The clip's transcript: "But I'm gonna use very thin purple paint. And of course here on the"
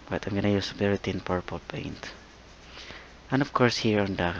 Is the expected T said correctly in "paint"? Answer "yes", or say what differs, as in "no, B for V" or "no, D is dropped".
yes